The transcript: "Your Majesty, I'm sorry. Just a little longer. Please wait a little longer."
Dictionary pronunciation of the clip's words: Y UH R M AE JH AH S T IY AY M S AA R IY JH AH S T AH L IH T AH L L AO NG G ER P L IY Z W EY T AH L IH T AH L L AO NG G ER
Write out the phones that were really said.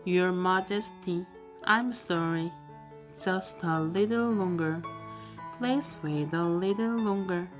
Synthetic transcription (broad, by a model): Y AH R M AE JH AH S T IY AY M S AA R IY JH AH S T AH L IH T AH L L AO NG G ER P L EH S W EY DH AH L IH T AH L L AO NG G ER